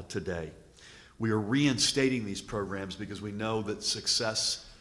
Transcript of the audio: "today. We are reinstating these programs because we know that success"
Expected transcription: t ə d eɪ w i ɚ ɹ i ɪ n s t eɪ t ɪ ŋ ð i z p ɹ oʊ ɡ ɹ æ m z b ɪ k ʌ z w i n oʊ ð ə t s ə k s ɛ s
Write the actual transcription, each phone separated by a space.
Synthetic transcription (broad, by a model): t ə d eɪ w i ɚ ɹ i ɪ n s t eɪ t ɪ ŋ ð i z p ɹ oʊ ɡ ɹ æ m z b ɪ k ʌ z w i n oʊ ð ə t s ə k s ɛ s